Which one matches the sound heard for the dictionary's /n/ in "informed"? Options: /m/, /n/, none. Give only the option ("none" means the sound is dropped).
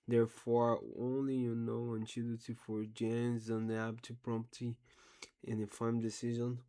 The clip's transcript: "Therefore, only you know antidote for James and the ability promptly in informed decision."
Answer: none